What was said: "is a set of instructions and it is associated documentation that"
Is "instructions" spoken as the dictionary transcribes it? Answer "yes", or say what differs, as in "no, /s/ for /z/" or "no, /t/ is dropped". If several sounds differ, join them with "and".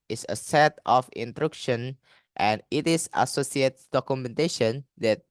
no, /s/ is dropped